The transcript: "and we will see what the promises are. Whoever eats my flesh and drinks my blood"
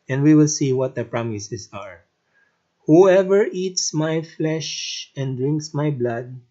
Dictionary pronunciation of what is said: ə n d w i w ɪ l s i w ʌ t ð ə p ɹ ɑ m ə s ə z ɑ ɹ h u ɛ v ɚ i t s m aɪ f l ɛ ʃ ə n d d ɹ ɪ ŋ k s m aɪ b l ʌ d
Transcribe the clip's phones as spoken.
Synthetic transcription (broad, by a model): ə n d w i w ɪ l s i w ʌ t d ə p ɹ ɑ m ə s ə s ɑ ɹ h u ɛ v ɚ i t s m aɪ f l ɛ ʃ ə n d d ɹ ɪ ŋ k s m aɪ b l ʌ d